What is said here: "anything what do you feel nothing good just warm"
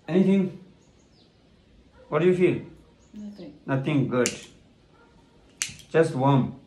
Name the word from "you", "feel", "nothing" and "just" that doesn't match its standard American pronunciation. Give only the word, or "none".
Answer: nothing